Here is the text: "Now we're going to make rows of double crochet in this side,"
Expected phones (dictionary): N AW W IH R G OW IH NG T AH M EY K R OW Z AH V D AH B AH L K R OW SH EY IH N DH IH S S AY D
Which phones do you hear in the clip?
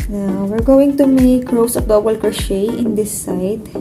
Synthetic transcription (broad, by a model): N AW W IH R G OW IH NG T AH M EY K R OW S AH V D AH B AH L K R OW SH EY IH N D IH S S AY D